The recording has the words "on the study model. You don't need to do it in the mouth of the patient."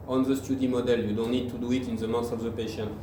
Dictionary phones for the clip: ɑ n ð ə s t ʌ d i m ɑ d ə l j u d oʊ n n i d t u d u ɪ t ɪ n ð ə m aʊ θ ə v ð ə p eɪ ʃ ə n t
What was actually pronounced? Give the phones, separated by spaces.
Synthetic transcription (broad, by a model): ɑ n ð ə s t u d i m ɑ d ə l j u d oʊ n n i d t u d u ɪ t ɪ n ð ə m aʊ s ə v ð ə p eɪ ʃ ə n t